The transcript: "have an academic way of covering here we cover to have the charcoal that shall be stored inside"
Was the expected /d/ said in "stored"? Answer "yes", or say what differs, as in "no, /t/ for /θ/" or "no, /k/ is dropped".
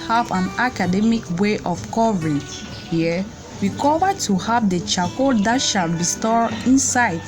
no, /d/ is dropped